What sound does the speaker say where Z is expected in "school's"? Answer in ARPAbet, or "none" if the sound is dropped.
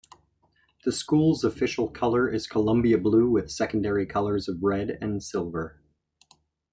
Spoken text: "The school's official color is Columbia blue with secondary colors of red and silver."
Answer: Z